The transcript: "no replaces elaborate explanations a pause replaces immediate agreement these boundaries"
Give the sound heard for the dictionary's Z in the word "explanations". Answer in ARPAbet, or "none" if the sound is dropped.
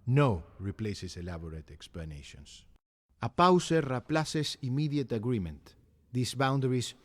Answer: S